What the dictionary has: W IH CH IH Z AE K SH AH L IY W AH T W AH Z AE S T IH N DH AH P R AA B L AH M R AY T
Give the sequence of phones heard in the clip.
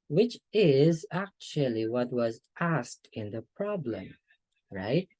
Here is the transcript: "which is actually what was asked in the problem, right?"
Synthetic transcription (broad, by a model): W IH CH IH Z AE K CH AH L IY W AH T W AH Z AE S T IH N DH AH P R AA B L AH M R AY T